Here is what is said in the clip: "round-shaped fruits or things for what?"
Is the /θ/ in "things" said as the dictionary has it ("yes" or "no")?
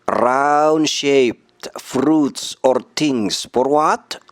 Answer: no